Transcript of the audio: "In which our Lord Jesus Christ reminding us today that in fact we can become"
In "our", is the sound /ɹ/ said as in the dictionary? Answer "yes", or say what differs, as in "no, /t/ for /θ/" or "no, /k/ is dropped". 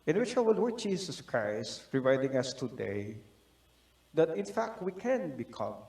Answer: no, /w/ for /ɹ/